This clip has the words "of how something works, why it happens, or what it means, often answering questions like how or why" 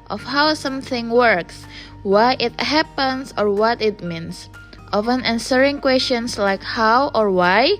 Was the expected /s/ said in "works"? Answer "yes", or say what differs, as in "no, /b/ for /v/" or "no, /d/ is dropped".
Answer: yes